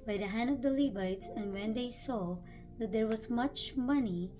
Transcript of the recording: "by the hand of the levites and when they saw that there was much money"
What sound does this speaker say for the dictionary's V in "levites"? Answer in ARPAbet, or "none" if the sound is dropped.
B